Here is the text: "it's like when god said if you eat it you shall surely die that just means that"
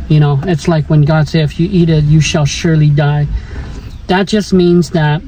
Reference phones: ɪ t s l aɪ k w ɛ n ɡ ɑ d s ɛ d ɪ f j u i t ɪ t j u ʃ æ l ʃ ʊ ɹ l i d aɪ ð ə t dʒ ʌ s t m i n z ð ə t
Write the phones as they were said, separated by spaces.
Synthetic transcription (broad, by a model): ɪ t s l aɪ k w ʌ n ɡ ɑ d s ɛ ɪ ɪ f j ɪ i t ɪ t j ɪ ʃ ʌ l ʃ ʊ ɹ l i d aɪ ð ə t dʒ ʌ s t m i n z ð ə t